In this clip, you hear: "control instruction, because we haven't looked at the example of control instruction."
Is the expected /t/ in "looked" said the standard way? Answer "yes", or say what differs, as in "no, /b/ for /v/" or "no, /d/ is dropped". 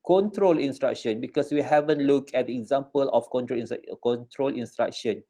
no, /t/ is dropped